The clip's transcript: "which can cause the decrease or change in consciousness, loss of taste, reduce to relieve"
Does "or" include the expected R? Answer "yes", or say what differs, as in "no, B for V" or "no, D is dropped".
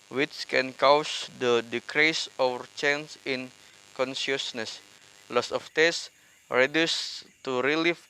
no, W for R